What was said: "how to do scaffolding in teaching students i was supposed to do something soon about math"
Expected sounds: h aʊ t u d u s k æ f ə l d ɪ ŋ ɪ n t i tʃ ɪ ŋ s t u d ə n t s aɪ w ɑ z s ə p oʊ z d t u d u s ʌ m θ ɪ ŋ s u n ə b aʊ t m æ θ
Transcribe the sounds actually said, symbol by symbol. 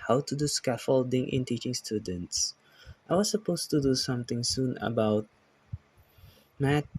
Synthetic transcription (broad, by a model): h aʊ t u d u s k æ f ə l d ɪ ŋ ɪ n t i tʃ ɪ ŋ s t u d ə n t s aɪ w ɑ s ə p oʊ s t u d u s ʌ m t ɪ ŋ s u n ə b aʊ t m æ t